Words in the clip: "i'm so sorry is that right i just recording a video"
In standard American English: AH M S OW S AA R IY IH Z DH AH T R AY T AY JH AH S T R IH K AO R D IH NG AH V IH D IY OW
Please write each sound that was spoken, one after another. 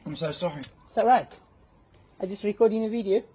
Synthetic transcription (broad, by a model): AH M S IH S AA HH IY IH S DH AH T R AY T AY JH AH S T R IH K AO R D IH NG AH V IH D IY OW